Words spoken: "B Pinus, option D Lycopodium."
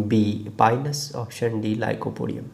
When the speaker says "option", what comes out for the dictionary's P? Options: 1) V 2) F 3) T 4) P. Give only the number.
2